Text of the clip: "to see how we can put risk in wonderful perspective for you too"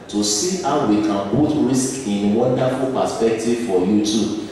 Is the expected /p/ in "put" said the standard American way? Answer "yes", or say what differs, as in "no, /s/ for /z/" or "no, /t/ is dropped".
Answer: no, /b/ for /p/